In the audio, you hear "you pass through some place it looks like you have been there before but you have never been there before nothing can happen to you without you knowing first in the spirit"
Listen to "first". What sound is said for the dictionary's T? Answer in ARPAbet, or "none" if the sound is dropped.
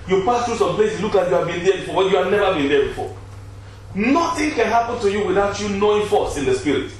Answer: none